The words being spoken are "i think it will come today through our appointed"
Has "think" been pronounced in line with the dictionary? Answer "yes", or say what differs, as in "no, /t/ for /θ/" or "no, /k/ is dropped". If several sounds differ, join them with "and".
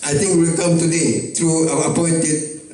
no, /t/ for /θ/